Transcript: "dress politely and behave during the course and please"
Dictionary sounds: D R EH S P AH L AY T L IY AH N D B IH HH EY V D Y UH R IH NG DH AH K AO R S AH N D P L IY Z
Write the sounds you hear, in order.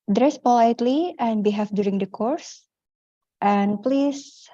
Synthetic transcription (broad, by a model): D R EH S P AH L AY T L IY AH N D B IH HH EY F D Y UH R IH NG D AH K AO R S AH N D P L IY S